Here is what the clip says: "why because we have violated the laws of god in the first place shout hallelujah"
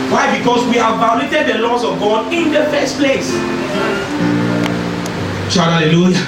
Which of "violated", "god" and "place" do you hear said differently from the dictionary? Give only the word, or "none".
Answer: violated